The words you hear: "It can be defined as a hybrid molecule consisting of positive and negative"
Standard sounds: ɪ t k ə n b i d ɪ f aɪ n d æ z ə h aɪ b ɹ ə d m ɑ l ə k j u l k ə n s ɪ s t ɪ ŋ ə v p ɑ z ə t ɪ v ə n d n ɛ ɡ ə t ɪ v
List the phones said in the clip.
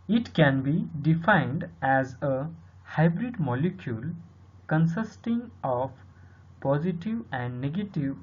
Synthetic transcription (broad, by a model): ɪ t k ə n b i d ɪ f aɪ n d æ z ə h aɪ b ɹ ə d m ɑ l ə k j u l k ə n s ɪ s t ɪ ŋ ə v p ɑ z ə t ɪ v ə n d n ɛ ɡ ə t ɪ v